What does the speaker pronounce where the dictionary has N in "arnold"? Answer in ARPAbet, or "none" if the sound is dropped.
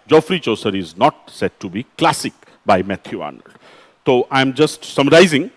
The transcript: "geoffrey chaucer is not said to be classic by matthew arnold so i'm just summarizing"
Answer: N